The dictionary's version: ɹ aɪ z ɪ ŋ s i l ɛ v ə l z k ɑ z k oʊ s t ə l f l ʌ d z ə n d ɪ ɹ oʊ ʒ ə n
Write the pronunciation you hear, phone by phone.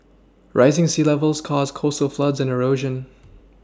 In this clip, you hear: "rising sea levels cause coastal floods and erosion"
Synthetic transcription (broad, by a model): ɹ aɪ z ɪ ŋ s i l ɛ v ə l z k ɑ z k oʊ s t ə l f l ʌ d z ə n ɪ ɹ oʊ ʒ ə n